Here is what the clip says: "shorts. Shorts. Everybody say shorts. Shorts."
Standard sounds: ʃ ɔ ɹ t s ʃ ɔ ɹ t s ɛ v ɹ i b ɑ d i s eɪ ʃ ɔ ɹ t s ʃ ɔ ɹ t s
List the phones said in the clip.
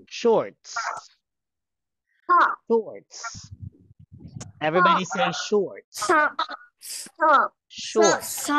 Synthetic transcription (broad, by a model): ʃ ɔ ɹ t s ʃ ɔ ɹ t s ɛ v ɹ i b ɑ d i s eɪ ʃ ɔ ɹ t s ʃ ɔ ɹ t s